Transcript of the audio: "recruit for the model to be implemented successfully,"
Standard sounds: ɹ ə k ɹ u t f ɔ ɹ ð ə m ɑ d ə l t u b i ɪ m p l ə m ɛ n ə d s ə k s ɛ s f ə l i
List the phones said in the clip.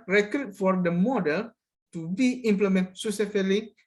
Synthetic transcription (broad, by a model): ɹ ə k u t f ɔ ɹ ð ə m ɑ d ə l t u b i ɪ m p l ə m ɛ n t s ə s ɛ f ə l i